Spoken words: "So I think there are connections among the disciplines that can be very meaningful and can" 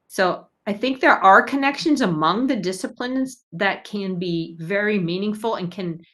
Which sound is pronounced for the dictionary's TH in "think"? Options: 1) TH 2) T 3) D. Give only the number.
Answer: 1